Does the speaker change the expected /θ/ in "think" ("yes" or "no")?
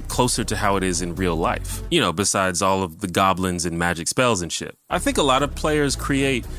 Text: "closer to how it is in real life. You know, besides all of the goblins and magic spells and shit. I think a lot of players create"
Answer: no